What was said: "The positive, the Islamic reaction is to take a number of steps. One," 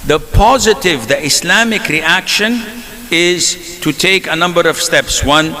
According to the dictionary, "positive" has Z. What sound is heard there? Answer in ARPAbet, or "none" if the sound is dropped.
Z